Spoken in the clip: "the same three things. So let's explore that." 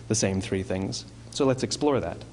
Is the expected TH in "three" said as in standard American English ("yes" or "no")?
yes